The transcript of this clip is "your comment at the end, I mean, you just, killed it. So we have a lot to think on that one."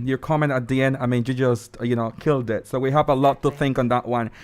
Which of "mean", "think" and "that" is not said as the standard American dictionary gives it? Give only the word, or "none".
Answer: none